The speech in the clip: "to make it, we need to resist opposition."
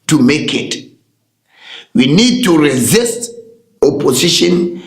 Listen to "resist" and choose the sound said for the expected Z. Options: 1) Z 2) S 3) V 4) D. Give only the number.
1